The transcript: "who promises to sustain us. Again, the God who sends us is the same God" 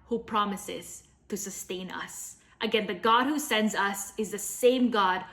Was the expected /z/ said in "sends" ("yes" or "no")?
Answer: yes